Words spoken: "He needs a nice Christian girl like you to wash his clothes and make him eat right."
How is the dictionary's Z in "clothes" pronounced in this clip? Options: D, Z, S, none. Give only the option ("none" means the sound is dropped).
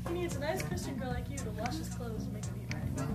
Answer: none